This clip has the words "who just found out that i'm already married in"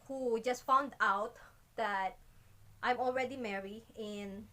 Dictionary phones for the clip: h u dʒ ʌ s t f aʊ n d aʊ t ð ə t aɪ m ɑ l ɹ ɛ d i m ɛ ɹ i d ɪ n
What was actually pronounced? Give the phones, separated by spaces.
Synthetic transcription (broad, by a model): h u dʒ ʌ s t f aʊ n d aʊ t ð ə t aɪ m ɑ l ɹ ɛ d i m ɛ ɹ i ɪ n